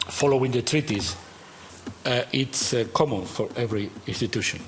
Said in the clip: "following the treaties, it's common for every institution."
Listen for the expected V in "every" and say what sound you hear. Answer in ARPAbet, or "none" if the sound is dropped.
V